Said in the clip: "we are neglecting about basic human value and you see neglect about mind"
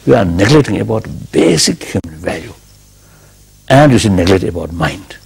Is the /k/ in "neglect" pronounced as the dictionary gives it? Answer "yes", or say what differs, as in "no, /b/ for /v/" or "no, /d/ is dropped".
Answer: no, /k/ is dropped